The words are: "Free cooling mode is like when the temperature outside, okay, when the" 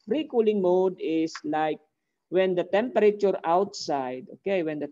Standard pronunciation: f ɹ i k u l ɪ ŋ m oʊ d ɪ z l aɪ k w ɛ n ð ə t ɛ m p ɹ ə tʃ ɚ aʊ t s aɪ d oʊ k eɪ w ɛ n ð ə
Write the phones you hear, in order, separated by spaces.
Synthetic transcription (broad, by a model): ɹ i k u l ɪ ŋ m oʊ d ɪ s l aɪ k w ɛ n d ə t ɛ m p ɹ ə tʃ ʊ aʊ t s aɪ d oʊ k eɪ w ɛ n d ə